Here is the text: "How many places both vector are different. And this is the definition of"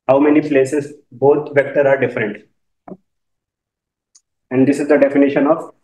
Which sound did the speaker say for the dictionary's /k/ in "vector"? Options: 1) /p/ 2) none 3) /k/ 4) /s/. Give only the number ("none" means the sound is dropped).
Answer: 3